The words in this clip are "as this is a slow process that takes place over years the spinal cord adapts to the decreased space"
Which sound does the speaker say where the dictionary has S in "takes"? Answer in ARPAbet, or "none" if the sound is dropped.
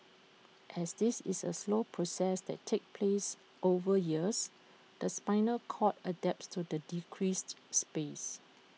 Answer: none